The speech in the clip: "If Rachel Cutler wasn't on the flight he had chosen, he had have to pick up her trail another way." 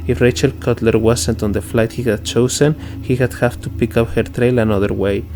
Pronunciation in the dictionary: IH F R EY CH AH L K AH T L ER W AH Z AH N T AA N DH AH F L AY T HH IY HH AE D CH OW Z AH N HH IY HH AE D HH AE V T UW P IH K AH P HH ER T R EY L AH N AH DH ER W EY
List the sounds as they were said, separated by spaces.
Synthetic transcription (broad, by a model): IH F R EY CH AH L K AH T L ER W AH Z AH N T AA N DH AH F L AY T HH IY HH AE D CH OW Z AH N HH IY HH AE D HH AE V T UW P IH K AH P HH ER T R EY L AH N AH DH ER W EY